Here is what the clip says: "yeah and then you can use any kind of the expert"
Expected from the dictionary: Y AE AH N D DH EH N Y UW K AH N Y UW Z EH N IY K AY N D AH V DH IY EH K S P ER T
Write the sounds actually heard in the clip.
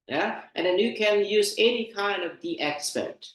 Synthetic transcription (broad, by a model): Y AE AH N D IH N Y UW K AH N Y UW Z EH N IY K AY N D AH V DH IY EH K S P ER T